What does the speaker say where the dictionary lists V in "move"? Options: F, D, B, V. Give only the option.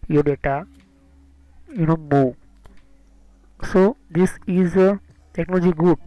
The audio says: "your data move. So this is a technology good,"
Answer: B